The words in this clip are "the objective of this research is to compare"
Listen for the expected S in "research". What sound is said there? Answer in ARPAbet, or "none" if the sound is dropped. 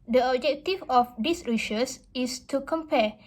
SH